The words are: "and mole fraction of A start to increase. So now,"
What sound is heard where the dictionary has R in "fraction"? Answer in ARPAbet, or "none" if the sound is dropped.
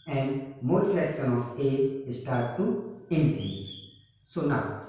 none